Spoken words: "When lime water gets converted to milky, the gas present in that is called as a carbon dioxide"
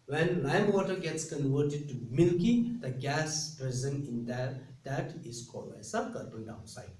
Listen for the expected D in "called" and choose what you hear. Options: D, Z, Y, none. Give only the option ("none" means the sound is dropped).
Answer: none